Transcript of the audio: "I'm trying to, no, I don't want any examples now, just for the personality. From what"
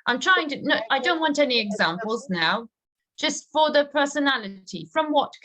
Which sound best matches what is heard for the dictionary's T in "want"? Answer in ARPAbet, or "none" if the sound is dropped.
T